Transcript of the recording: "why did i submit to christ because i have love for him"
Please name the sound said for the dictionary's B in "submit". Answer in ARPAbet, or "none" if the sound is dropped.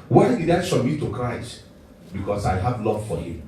none